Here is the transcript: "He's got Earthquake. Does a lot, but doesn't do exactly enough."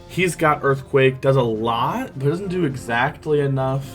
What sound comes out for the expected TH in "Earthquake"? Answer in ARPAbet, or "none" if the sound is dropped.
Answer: TH